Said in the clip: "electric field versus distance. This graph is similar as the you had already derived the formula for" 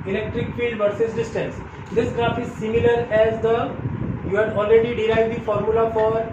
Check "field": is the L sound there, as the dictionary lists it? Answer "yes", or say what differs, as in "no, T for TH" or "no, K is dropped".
yes